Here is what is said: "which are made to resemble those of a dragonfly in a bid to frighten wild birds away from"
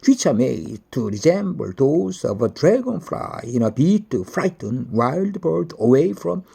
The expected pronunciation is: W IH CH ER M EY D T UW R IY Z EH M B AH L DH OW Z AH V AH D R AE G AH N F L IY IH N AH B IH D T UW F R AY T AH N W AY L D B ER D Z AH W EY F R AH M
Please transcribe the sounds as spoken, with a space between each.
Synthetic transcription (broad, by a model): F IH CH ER M EY D T UW R IY Z EH M B AH L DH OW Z AH V AH D R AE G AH N F L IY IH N AH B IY T UW F R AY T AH N W AY L D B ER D AH W EY F R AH M